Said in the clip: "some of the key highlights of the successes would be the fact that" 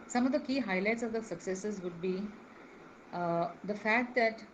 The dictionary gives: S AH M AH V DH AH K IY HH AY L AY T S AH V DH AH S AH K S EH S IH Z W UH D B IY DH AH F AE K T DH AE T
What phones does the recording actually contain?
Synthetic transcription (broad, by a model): S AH M AH V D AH K IY HH AY L AY T S AH V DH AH S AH K S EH S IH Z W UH D B IY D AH F AE K T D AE T